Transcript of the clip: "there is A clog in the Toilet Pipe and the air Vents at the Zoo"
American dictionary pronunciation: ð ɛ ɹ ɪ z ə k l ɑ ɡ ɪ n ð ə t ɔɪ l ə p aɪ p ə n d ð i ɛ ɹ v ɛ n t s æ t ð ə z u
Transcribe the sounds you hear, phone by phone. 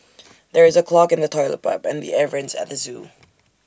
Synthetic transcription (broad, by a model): ð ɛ ɹ ɪ z ə k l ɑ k ɪ n ð ə t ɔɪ l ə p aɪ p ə n ð i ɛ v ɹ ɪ n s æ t ð ə z u